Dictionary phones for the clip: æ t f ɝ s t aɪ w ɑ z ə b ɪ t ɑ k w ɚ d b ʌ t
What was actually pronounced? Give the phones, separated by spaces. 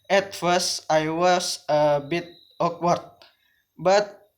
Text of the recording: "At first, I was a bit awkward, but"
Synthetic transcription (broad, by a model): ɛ t f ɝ s t aɪ w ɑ s ə b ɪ t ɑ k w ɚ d b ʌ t